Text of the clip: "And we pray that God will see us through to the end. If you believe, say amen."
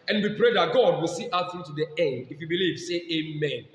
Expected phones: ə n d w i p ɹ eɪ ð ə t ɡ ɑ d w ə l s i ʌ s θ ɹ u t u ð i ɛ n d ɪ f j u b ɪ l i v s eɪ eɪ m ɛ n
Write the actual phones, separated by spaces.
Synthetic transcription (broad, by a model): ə n w i p ɹ eɪ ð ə t ɡ ɑ d w ə l s i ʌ θ ɹ u t u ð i ɛ n d ɪ f j u b ɪ l i v s eɪ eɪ m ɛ n